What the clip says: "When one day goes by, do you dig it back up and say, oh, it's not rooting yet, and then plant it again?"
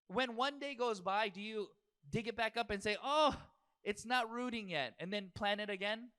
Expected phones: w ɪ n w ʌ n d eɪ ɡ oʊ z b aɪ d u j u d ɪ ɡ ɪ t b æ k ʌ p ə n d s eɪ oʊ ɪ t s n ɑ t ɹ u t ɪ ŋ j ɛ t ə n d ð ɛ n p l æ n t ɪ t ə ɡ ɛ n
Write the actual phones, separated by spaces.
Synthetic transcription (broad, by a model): w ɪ n w ʌ n d eɪ ɡ oʊ z b aɪ d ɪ j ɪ d ɪ ɡ ɪ t b æ k ʌ p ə n s eɪ oʊ ɪ t s n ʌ t ɹ u t ɪ ŋ j ɛ t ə n ð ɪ n p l æ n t ɪ t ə ɡ ɛ n